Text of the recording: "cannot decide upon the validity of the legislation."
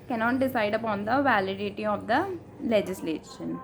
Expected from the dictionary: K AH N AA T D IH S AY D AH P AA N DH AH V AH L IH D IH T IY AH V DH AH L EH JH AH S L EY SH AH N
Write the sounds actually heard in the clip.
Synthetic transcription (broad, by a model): K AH N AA T D IH S AY D AH P AA N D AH V AH L IH D IH T IY AH V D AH L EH JH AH S L EY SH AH N